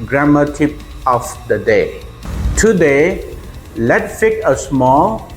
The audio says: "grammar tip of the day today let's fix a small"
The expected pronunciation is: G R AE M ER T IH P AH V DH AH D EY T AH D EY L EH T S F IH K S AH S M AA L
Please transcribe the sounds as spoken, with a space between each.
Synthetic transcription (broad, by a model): G R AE M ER T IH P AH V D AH D EY T AH D EY L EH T F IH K AH S M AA L